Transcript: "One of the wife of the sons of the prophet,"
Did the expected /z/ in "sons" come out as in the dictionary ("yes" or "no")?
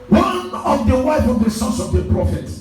no